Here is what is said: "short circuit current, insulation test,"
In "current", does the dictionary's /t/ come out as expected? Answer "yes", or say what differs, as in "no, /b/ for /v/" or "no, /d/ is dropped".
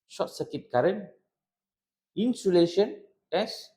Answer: no, /t/ is dropped